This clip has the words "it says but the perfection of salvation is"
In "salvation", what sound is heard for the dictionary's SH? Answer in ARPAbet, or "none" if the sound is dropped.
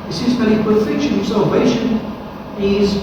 SH